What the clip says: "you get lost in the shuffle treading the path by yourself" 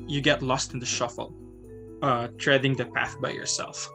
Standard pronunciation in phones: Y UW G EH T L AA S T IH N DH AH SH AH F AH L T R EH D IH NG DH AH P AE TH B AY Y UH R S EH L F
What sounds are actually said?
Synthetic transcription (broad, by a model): Y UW G EH T L AA S T IH N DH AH SH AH F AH L T R EH D IH NG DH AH P AE TH B AY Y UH R S EH L F